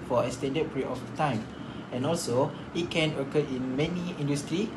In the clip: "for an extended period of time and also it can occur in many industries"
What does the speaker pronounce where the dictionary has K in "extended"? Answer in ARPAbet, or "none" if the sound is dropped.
none